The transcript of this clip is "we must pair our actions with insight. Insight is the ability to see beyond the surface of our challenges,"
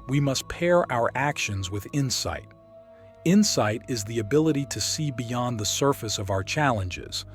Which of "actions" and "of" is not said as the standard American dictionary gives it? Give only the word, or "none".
none